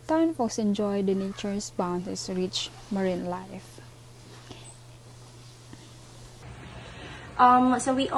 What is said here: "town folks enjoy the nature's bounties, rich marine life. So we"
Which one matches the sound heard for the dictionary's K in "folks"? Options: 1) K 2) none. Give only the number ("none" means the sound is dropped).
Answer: 2